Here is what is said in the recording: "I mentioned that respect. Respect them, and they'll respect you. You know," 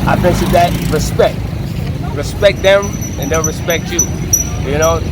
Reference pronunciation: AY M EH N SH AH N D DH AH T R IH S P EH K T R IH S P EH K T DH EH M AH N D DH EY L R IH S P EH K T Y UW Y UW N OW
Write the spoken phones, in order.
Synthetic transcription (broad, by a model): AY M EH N S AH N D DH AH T R IH S P EH K T R IH S P EH K T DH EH M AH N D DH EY N R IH S P EH K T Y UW Y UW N OW